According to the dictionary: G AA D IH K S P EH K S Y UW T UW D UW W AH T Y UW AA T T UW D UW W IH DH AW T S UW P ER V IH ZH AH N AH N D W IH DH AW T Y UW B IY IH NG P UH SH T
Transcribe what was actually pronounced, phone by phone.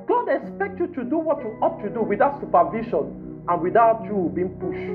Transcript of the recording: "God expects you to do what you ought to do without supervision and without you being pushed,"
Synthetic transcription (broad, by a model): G AA D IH K S P EH K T Y UW T UW D UW W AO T Y UW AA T T UW D UW W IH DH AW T S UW P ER V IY SH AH N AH N W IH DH AW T Y UW B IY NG P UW SH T